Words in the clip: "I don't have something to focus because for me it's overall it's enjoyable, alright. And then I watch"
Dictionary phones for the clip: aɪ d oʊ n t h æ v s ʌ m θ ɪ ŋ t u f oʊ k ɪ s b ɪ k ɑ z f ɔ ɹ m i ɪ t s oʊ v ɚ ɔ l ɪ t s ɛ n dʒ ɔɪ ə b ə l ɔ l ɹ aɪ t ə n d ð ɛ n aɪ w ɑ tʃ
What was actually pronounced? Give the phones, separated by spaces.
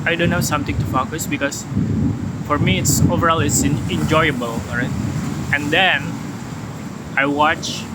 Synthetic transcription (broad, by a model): aɪ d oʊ n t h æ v s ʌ m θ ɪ ŋ t u f oʊ k ɪ s b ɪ k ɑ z f ɔ ɹ m i ɪ t s oʊ v ɚ ɔ l ɪ t s ɛ n dʒ ɔɪ ə b ə l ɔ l ɹ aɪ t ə n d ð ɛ n aɪ w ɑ tʃ